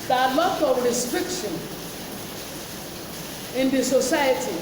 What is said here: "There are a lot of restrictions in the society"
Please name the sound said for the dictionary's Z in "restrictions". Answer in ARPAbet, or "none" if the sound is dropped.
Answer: none